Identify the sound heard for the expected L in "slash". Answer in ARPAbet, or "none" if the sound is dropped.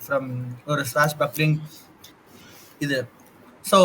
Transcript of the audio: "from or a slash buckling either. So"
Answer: none